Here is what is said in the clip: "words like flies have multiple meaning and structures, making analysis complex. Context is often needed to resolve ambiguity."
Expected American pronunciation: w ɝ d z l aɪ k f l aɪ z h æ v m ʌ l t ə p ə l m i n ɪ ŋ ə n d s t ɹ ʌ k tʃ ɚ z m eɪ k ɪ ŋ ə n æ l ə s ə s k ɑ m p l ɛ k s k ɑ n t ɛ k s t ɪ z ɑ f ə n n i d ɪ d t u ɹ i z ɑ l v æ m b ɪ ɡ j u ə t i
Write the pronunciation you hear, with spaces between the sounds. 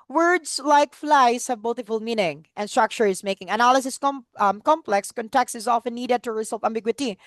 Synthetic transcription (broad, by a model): w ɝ d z l aɪ k f l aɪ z h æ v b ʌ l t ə f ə l m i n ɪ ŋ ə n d s t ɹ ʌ k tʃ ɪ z m eɪ k ɪ ŋ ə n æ l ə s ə s k ɑ m p l ɛ k s k ɑ n t ɛ k s t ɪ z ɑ f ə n n i d ɪ d t u ɹ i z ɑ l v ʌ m b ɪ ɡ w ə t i